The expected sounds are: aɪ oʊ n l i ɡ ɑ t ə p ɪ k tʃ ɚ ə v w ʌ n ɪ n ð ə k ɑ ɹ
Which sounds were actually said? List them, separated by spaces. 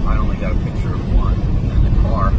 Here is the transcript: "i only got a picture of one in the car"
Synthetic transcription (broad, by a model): aɪ oʊ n l i ɡ ɑ t ə p ɪ k tʃ ɚ ə v w ʌ n ɪ n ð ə k ɑ ɹ